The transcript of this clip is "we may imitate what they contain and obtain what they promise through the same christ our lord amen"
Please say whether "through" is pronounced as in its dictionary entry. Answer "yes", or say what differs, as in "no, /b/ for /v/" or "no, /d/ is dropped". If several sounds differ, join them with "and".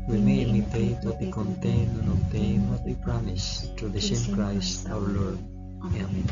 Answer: no, /t/ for /θ/